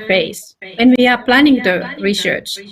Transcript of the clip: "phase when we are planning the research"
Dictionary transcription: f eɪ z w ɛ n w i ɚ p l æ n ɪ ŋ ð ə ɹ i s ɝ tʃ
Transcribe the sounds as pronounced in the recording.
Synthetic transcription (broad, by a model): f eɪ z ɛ n w i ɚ p l æ n ɪ ŋ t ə ɹ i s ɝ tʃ